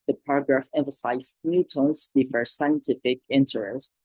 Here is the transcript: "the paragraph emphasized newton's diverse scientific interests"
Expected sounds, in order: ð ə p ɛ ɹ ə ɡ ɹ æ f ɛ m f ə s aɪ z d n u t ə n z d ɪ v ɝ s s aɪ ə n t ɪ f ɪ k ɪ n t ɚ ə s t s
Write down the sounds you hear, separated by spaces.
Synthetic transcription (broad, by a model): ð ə p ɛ ɹ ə ɡ ɹ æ f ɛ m f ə s aɪ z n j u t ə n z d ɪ f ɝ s s aɪ ə n t ɪ f ɪ k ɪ n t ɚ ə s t